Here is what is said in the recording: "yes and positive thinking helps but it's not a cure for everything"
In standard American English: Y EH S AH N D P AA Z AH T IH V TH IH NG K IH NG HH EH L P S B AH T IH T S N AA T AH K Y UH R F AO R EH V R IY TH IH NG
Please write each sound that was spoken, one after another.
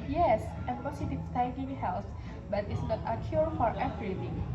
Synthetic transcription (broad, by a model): Y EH S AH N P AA S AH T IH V S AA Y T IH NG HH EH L S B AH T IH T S N AA T AH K Y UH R F AO R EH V R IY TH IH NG